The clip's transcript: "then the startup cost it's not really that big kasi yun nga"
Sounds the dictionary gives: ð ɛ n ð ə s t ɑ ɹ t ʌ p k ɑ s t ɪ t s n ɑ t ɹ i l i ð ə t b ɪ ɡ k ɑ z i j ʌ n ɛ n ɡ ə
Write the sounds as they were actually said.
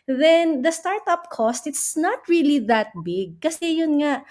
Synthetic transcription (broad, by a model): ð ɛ n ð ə s t ɑ ɹ t ʌ p k ɑ s t ɪ t s n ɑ t ɹ i l i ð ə t b ɪ ɡ k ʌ s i j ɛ n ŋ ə